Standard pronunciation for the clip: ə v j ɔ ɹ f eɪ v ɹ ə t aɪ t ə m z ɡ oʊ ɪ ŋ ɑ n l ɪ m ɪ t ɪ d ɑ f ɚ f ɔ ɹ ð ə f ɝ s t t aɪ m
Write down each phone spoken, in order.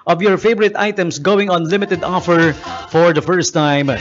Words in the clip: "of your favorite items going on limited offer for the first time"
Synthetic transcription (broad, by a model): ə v j ɔ ɹ f eɪ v ɹ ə t aɪ t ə m s ɡ oʊ ɪ ŋ ɑ n l ɪ m ɪ t ɪ d ɑ f ɚ f ɔ ɹ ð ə f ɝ s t t aɪ m